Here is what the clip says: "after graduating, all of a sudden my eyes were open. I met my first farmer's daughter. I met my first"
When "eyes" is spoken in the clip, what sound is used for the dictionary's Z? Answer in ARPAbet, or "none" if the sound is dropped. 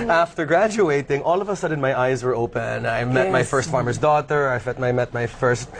Z